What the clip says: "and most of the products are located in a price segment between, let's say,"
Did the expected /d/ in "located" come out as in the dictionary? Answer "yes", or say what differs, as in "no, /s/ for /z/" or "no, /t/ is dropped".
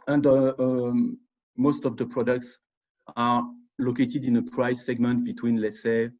yes